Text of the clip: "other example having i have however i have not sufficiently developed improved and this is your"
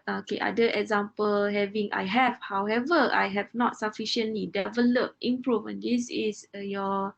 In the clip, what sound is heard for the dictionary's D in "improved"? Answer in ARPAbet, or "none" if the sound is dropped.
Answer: none